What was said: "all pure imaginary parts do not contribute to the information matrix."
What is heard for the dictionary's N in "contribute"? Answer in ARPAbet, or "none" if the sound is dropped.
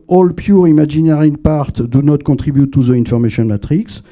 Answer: none